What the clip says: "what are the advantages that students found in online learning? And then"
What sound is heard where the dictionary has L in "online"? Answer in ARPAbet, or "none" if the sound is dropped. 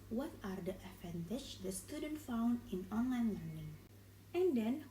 L